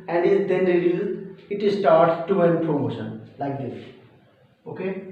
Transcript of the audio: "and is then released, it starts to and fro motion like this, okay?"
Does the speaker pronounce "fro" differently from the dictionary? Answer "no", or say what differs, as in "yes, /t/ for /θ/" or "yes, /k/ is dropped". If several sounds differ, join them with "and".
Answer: yes, /p/ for /f/